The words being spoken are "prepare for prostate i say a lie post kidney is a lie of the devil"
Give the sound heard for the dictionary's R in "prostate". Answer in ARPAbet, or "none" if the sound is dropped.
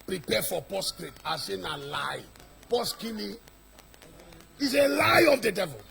none